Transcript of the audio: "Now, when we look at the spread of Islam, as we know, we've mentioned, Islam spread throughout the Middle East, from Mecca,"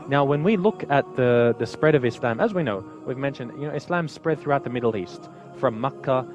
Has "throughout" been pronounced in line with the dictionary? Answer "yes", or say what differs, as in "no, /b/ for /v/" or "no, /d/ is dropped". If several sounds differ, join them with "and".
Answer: yes